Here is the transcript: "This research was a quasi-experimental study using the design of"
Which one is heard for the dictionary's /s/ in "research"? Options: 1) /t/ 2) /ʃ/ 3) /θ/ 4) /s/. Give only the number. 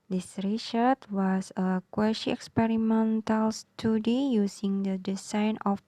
2